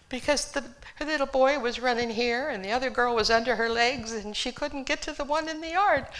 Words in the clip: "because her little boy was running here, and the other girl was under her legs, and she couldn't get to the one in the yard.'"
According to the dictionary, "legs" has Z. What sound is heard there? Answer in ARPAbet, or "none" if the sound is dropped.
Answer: Z